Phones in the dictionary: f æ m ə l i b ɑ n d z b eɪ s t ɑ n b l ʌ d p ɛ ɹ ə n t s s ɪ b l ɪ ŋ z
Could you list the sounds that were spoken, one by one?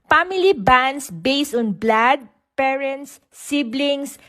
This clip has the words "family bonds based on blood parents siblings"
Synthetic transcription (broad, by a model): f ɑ m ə l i b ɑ n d s b eɪ s t ɑ n b l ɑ d p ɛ ɹ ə n t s s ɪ b l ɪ ŋ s